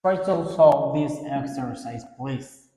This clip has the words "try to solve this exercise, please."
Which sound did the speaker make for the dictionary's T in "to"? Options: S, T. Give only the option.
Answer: S